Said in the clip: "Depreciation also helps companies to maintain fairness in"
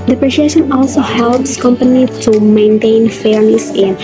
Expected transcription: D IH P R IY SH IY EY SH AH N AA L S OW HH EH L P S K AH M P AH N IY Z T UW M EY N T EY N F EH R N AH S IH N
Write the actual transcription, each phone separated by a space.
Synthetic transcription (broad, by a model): D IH P R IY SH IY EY SH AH N AA L S OW HH EH L P S K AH M P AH N IY T UW M EY N T EY N F EH R N AH S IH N